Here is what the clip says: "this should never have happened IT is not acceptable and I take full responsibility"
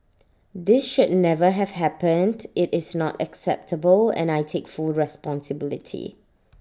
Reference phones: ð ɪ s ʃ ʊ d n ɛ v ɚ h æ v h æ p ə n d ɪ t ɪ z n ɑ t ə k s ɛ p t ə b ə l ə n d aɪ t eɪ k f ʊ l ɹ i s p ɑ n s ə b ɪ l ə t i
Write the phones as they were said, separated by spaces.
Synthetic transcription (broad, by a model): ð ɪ s ʃ ʊ d n ɛ v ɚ h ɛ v h æ p ə n d ɪ t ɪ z n ɑ t ə k s ɛ p t ə b ə l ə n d aɪ t eɪ k f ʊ l ɹ i s p ɑ n s ə b ɪ l ə t i